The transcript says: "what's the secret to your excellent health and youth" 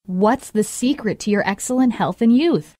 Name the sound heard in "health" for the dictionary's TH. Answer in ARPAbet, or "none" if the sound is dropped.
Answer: TH